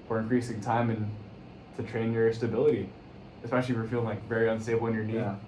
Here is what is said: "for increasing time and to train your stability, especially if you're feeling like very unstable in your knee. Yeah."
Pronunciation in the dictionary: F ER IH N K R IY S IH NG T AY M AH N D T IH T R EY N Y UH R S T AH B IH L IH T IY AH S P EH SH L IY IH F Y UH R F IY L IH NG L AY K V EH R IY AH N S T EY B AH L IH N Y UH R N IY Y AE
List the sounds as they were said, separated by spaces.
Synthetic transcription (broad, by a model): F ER IH N K R IY S IH NG T AY M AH N T IH T R EY N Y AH R S T AH B IH L IH T IY AH S P EH SH L IY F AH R F IY L IH NG L AY K V EH R IY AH N S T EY AH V IH N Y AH R N IY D